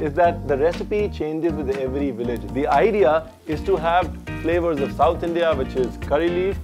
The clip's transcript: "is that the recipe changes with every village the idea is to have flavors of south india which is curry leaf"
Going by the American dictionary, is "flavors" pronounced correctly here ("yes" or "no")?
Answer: yes